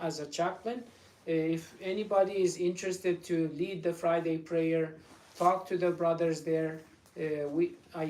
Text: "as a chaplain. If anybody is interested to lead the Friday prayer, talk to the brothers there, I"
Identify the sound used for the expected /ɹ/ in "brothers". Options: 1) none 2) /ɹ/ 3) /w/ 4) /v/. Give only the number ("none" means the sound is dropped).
2